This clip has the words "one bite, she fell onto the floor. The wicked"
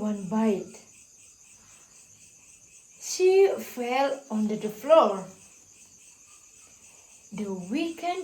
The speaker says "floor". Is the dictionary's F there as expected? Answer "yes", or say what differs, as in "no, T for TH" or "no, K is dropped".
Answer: yes